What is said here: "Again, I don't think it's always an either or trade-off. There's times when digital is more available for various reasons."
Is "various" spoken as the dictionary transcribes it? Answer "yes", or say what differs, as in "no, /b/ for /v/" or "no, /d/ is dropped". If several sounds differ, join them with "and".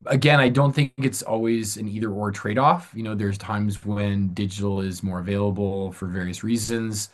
yes